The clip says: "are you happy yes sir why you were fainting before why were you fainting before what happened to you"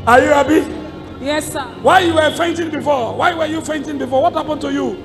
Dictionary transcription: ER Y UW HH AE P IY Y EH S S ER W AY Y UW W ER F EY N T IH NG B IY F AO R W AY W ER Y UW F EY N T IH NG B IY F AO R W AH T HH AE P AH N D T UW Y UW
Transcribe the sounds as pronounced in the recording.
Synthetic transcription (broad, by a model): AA Y UW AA B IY Y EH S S W AY Y UW W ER F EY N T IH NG B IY F AO W AY W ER Y UW F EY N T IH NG B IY F AO W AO T HH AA P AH N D T UW Y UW